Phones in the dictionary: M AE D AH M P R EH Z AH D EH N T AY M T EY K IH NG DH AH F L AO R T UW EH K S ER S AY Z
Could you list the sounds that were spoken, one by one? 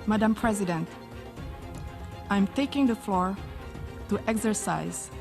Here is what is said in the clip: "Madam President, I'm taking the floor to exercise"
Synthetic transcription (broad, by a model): M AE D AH M P R EH Z AH D EH N T AY M T EY K IH NG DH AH F L AO R T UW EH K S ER S AY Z